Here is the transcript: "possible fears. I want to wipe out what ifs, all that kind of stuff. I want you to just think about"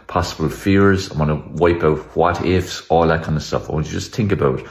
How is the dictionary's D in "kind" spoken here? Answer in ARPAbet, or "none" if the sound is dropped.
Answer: none